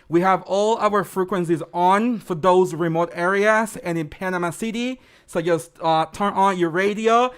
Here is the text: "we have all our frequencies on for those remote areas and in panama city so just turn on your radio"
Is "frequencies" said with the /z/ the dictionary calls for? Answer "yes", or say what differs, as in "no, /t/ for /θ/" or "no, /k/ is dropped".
yes